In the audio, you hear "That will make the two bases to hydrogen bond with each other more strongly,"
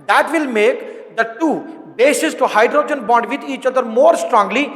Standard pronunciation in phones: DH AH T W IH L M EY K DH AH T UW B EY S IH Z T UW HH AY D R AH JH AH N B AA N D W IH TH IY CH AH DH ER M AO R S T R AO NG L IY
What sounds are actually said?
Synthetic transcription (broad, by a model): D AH T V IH L M EY K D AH T UW B EY S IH S T UW HH AY D R AH JH AH N B AA N D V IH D IY CH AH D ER M AO R S T R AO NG L IY